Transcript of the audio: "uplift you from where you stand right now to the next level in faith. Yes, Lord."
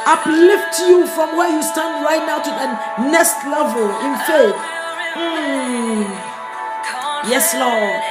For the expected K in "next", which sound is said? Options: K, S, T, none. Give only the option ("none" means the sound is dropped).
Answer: none